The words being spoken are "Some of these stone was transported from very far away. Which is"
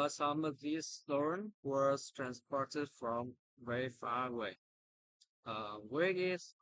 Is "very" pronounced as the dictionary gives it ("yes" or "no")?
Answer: no